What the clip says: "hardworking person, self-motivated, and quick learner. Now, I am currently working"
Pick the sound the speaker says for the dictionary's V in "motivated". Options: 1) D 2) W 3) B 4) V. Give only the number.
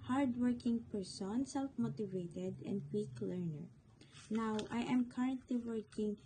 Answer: 4